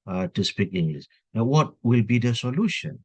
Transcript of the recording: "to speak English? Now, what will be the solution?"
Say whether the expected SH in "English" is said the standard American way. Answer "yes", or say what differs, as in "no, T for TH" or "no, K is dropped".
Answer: no, S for SH